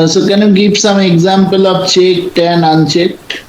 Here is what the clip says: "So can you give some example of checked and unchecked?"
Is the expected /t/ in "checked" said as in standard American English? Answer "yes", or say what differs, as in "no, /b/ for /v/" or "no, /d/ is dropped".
yes